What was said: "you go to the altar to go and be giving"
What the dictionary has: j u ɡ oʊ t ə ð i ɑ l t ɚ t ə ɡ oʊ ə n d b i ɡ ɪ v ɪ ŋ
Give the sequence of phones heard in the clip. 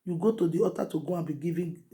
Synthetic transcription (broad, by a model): j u ɡ oʊ t ə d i ɑ t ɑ t ə ɡ oʊ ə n b i ɡ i v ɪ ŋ